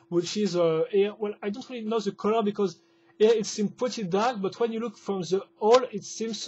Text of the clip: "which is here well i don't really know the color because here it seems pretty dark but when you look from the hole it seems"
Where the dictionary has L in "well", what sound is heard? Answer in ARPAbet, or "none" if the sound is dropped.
L